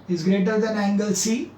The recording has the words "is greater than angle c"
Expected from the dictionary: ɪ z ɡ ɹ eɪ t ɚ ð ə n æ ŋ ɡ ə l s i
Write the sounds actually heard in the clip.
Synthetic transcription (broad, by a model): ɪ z ɡ ɹ eɪ t ɚ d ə n æ ŋ ɡ ə l s i